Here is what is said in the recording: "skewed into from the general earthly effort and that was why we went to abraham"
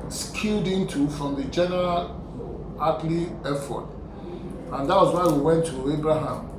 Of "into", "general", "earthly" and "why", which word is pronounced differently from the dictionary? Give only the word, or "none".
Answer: earthly